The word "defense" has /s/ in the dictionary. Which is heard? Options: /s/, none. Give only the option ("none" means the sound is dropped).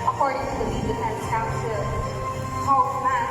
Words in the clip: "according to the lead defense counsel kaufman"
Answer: none